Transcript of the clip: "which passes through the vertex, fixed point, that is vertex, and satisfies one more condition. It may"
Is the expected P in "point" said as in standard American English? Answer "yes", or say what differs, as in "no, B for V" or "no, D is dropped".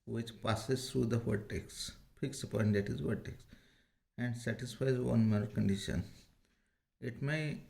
yes